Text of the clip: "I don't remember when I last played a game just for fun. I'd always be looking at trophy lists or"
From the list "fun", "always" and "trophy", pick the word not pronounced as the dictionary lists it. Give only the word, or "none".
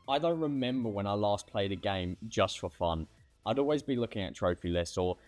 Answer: none